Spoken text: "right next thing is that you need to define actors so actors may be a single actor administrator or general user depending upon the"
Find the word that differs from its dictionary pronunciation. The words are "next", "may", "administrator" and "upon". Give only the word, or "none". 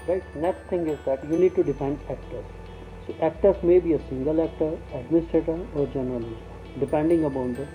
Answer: upon